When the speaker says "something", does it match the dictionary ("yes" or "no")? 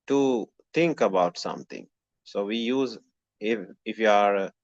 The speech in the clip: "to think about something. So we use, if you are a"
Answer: no